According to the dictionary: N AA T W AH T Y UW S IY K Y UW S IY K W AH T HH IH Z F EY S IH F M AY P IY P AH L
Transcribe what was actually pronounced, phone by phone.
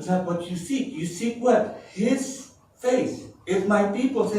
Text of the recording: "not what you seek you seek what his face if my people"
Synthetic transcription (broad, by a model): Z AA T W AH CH Y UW S IY K Y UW S IY K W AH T HH IH Z F EY S IH F M AY P IY P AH L